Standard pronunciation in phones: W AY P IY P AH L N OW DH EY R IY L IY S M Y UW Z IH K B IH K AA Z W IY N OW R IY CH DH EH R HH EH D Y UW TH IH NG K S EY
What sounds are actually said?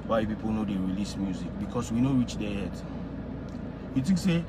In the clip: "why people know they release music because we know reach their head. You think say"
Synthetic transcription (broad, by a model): W AY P IY P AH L N OW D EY R IY L IY S M Y UW Z IH K B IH K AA S W IY N OW R IY CH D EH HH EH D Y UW T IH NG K S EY